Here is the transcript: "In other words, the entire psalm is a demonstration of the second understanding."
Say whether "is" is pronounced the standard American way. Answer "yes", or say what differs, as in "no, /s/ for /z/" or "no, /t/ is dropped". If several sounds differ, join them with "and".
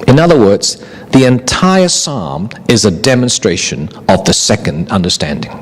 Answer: yes